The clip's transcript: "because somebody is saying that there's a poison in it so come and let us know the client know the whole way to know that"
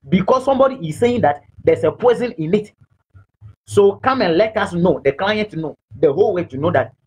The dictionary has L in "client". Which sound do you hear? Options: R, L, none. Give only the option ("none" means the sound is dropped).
L